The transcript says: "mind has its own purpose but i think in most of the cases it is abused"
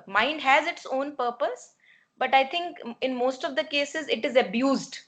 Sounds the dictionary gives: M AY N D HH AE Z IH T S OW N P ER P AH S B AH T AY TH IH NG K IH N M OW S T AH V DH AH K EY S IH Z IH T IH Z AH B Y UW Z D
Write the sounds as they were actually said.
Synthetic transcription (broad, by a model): M AY N D HH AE Z IH T S OW N P ER P AH S B AH T AY T IH NG K IH N M OW S T AH V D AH K EY S IH Z IH T IH Z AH B Y UW Z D